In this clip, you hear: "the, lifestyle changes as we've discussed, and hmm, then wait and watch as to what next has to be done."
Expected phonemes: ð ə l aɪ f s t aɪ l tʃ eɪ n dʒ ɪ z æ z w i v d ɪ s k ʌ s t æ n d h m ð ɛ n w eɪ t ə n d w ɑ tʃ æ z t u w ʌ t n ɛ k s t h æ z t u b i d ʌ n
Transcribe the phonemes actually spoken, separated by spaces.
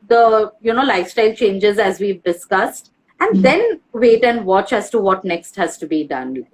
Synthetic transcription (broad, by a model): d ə l aɪ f s t aɪ l tʃ eɪ n dʒ ɪ z æ z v i v d ɪ s k ʌ s t æ n d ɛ n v eɪ t ə n d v ɑ tʃ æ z t u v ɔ t n ɛ k s t h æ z t u b i d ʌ n